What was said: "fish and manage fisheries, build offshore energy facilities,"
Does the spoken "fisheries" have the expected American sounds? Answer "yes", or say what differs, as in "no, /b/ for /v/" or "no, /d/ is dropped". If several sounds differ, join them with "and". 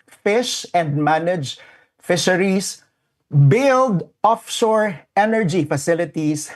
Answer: no, /s/ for /z/